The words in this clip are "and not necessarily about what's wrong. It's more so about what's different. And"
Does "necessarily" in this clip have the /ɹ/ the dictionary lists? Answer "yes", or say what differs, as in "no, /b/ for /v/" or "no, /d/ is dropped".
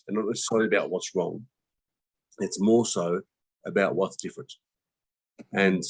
no, /ɹ/ is dropped